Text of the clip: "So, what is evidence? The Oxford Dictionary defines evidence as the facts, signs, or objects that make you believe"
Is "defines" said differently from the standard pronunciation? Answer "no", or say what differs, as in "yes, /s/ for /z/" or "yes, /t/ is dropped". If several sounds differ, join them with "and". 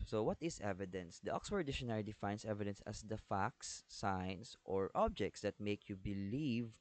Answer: yes, /s/ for /z/